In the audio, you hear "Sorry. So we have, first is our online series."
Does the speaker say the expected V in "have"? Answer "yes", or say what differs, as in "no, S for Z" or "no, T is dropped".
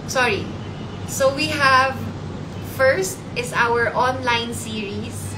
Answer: yes